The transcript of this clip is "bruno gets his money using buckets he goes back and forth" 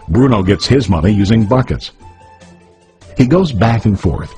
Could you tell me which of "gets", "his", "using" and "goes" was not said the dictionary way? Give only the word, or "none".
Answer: none